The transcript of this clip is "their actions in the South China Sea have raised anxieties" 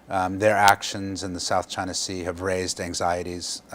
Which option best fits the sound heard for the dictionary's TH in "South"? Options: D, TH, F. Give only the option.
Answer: TH